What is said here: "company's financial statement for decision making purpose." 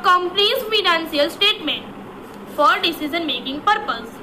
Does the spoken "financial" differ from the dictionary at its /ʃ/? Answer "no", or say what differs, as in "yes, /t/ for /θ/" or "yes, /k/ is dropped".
yes, /s/ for /ʃ/